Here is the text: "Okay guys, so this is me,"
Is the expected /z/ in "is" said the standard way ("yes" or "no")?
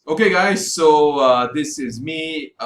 yes